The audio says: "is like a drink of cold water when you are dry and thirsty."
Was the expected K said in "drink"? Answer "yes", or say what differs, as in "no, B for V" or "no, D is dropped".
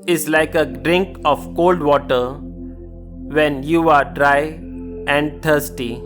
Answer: yes